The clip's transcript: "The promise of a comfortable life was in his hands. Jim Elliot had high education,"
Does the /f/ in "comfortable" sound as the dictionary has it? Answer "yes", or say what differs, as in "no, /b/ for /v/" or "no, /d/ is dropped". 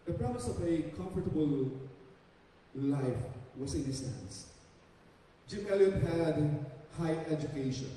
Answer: yes